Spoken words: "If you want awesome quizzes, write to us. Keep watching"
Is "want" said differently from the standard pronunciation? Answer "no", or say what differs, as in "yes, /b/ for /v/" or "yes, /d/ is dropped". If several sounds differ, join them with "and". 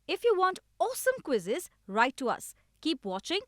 no